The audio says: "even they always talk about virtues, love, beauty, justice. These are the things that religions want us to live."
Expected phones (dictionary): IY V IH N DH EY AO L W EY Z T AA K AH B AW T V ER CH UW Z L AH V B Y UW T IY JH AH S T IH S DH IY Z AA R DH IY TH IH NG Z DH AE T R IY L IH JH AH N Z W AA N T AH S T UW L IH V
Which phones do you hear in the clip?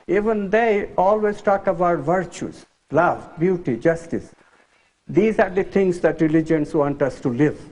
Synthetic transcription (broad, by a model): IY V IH N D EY AO L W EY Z T AA K AH B AW T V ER CH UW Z L AH V B Y UW T IY JH AH S T IH S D IY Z AA R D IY T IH NG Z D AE T R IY L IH JH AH N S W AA N T AH S T UW L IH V